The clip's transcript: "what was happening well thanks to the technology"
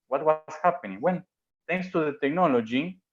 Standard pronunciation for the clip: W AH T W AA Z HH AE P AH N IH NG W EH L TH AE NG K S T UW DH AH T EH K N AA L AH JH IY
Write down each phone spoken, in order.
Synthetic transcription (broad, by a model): W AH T W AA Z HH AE P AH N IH NG W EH N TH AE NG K S T UW DH AH T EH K N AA L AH JH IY